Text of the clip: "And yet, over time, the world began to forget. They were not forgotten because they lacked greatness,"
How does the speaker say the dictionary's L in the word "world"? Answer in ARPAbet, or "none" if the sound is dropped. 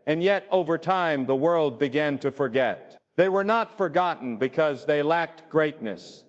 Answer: L